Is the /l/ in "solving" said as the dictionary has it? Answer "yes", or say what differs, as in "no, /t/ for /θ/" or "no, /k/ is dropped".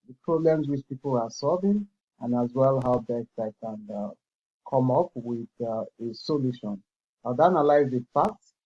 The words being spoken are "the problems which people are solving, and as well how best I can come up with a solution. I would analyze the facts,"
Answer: yes